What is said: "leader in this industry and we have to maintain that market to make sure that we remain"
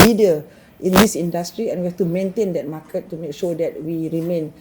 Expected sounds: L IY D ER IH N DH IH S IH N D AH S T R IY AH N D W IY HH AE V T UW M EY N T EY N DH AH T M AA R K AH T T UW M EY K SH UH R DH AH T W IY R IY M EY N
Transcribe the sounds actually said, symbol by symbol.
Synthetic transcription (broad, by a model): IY D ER IH N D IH S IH N D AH S T R IY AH N W IY HH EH F T UW M EY N T EY N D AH T M AA K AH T T UW M EY K SH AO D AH T W IY R IY M EY N